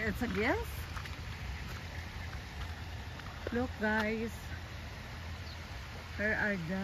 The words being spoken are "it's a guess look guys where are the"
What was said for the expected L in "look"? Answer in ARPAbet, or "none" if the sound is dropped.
L